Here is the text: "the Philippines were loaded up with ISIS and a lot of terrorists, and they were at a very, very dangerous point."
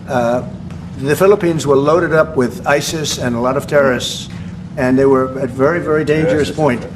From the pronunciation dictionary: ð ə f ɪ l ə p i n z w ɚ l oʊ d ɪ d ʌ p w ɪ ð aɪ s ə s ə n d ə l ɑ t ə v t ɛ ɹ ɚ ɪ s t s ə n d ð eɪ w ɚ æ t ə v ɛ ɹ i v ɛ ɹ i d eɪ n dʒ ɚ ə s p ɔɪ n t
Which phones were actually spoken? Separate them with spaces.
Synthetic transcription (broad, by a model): ð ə f ɪ l ə p i n z w ɚ l oʊ d ɪ d ʌ p w ɪ ð aɪ s ə s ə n ə l ɑ t ə v t ɛ ɹ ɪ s s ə n ð eɪ w ɚ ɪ t v ɛ ɹ i v ɛ ɹ i d eɪ n dʒ ɚ ə s p ɔɪ n t